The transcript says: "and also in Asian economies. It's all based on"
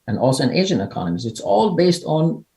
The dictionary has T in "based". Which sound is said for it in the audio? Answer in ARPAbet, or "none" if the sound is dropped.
T